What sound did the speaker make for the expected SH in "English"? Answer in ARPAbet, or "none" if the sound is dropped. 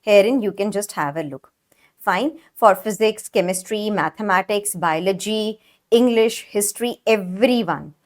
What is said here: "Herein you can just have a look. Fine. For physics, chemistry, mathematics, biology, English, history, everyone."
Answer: SH